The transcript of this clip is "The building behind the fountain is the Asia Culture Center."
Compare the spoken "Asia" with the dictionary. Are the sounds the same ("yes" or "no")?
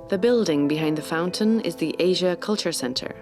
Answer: yes